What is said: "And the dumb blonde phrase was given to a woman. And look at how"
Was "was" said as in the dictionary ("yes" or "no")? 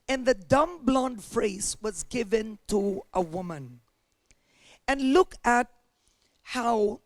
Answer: yes